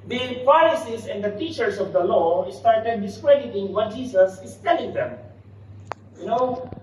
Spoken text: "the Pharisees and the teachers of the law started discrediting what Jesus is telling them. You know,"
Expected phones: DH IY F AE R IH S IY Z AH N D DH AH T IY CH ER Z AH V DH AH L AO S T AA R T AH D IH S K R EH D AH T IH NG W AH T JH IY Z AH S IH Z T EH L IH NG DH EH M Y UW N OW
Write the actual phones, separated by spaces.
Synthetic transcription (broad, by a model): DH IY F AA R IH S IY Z AH N D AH T IY CH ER S AH V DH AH L AO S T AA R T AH D IH S K R EH D AH T IH NG W AH T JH IY S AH S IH S T EH L IH NG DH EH M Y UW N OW